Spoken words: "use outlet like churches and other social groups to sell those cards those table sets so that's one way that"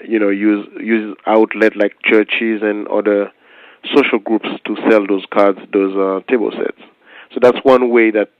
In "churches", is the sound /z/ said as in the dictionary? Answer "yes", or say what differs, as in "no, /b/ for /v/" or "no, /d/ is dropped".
yes